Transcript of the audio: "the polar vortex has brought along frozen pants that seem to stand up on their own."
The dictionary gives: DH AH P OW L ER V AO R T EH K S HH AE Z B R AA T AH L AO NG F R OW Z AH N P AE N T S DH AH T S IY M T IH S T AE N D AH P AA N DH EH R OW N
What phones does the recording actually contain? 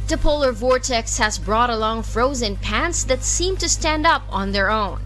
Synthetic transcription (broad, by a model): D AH P OW L ER V AO R T EH K S HH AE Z B R AA T AH L AO NG F R OW Z AH N P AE N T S DH AH T S IY M T IH S T AE N D AH P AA N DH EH R OW N